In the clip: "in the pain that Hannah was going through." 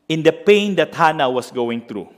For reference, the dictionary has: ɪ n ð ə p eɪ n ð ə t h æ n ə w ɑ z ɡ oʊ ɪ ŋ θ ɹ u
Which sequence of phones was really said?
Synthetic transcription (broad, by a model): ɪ n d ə p eɪ n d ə t h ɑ n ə w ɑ s ɡ oʊ ɪ ŋ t ɹ u